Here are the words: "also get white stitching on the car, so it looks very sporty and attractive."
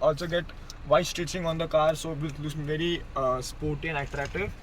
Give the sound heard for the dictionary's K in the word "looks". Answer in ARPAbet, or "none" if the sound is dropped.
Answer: none